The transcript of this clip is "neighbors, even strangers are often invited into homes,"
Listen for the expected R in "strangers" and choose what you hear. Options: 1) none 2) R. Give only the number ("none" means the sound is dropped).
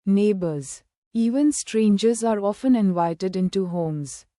2